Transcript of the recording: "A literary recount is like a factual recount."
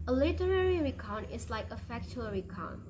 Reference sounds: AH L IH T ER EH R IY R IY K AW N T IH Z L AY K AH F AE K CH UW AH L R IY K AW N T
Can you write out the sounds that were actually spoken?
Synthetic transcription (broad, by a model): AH L IH T ER EH R IY R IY K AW N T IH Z L AY K AH F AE K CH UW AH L R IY K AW N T